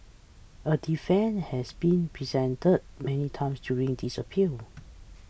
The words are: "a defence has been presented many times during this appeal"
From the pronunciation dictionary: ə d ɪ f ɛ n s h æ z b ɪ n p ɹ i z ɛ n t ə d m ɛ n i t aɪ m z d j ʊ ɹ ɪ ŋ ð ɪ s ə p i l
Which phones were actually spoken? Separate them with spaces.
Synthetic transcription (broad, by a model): ə d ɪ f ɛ n h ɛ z b ɪ n p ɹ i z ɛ n t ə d m ɛ n i t aɪ m s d j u ɹ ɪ ŋ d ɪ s ə p i l